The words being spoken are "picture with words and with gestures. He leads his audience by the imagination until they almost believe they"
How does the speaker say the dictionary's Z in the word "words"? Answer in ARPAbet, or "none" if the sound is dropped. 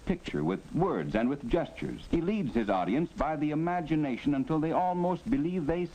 Z